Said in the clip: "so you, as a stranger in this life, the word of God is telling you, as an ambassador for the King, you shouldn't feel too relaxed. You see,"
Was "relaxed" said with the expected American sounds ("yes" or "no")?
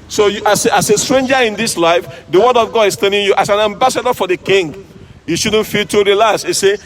no